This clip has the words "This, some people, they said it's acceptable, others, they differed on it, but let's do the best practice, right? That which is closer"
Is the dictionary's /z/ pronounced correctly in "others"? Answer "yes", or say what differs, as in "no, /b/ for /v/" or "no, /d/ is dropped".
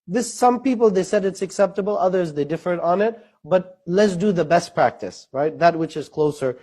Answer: yes